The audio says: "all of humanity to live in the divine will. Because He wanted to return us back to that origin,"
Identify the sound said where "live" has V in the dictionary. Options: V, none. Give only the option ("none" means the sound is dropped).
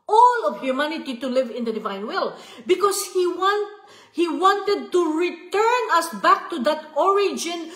V